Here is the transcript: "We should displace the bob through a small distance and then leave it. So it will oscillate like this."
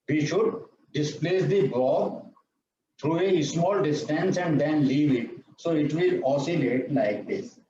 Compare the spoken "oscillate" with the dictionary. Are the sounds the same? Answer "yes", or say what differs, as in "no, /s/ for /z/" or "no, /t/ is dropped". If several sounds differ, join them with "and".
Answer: yes